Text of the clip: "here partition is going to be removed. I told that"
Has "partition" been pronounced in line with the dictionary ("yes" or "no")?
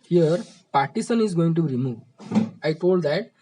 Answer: no